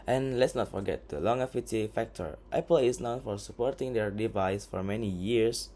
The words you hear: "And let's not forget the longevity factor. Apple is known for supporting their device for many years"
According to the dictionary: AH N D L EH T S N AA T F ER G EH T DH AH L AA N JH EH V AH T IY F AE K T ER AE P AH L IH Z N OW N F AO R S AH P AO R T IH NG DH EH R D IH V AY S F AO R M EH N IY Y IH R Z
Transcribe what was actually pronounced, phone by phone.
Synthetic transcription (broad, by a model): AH N L EH T S N AA T F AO G EH T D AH L AA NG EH F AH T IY F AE K T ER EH P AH L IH S N OW N F AO R S AH P AO R T IH NG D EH R D IH V AY S F AO R M EH N IY Y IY R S